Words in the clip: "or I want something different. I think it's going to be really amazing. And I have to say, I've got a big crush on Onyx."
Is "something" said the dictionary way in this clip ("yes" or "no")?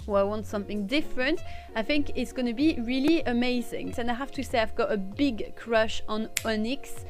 yes